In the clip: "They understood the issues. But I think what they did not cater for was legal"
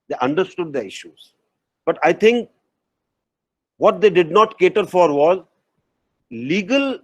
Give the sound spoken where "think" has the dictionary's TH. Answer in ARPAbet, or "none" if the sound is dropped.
T